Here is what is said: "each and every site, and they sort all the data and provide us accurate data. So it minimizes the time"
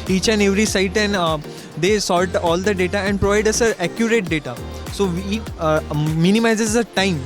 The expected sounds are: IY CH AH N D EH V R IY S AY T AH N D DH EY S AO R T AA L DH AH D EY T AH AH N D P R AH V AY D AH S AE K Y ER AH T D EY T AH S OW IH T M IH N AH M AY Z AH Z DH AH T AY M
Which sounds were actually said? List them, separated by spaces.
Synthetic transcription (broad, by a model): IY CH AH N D EH V R IY S AY T AH N D EY S AO L T AA L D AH D EY T AH AH N D P R AH V AY D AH S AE K Y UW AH T D EY T AH S OW IH T M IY N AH M AY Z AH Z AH T AY M